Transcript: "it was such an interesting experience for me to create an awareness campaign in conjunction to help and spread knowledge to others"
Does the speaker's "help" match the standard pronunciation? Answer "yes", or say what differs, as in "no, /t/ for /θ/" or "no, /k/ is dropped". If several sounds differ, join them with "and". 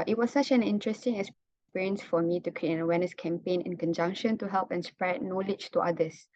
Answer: yes